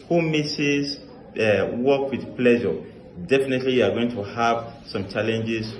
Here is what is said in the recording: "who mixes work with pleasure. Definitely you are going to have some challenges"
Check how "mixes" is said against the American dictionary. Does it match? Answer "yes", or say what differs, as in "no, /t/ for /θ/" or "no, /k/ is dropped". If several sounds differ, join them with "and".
no, /k/ is dropped